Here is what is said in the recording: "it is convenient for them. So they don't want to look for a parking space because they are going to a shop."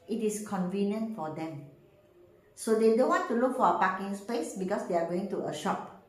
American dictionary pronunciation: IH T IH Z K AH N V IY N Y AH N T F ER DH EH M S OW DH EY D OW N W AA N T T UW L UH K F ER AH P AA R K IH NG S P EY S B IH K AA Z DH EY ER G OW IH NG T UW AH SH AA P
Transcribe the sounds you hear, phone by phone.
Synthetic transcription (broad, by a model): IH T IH S K AH N V IY N Y AH N T F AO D EH M S OW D EY D OW N W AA N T T UW L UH K F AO AH P AA K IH NG S P EY S B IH K AA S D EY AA G OW IH NG T UW AH SH AA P